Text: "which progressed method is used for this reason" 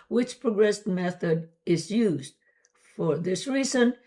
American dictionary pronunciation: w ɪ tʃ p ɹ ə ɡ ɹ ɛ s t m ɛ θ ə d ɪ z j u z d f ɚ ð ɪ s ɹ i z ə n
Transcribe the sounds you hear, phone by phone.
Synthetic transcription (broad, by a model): w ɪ tʃ p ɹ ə ɡ ɹ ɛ s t m ɛ θ ə d ɪ z j u z d f ɚ ð ɪ s ɹ i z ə n